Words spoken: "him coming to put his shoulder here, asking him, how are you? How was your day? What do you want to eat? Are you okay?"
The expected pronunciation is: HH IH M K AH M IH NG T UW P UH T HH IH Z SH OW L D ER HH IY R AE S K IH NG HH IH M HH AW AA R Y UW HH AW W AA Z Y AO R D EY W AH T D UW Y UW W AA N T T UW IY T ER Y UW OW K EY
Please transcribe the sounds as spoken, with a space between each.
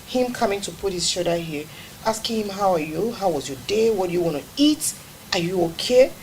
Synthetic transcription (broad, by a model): HH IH M K AH M IH NG T UW P UH T HH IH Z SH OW D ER HH IY R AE S K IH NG HH IH M HH AW AA R Y UW HH AW W AA Z Y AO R D EY W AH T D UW Y UW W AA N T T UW IY T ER Y UW OW K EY